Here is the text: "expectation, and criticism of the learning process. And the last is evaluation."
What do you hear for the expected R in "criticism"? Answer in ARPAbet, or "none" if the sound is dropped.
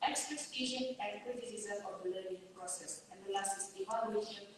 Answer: none